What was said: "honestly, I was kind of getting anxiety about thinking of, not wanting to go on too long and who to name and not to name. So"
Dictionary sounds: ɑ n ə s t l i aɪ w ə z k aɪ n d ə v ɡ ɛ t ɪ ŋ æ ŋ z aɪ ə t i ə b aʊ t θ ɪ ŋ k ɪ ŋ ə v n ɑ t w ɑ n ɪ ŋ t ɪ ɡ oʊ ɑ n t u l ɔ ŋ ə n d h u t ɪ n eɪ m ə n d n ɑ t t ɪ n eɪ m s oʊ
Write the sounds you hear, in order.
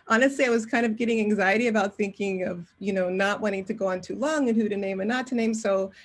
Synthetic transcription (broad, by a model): ɑ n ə s t l i aɪ w ə z k aɪ n d ə v ɡ ɛ t ɪ ŋ æ ŋ z aɪ ə t i ə b aʊ t θ ɪ ŋ k ɪ ŋ ə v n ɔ t w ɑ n ɪ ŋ t ɪ ɡ oʊ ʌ n t u l ɔ ŋ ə n h u t ɪ n eɪ m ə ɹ n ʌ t t ɪ n eɪ m s oʊ